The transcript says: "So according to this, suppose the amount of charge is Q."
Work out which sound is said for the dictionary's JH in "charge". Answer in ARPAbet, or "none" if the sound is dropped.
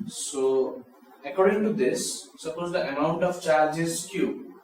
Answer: JH